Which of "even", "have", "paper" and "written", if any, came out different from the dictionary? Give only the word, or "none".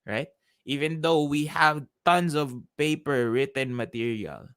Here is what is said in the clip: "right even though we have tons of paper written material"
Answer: none